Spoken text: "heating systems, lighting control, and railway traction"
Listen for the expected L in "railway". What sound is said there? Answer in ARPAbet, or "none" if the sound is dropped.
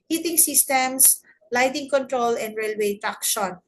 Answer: L